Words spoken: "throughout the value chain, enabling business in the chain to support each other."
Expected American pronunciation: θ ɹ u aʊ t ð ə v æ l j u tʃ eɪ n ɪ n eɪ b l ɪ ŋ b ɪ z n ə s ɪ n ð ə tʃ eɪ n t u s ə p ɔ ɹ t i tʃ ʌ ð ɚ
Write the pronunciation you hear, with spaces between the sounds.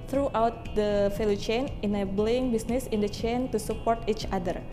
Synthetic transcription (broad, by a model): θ ɹ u aʊ t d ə f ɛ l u tʃ eɪ n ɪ n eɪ b l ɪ ŋ b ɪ s n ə s ɪ n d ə tʃ eɪ n t u s ə p ɔ ɹ t i tʃ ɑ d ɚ